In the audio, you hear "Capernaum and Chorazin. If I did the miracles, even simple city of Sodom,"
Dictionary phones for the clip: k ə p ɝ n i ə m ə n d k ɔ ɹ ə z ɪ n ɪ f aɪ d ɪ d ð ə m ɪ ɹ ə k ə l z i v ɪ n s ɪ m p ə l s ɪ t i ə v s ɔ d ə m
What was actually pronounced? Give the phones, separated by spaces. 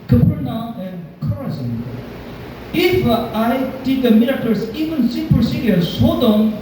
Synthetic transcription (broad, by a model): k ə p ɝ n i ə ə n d k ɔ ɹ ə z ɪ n ɪ f aɪ d ɪ d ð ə m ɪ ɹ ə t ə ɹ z i v ɪ n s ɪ p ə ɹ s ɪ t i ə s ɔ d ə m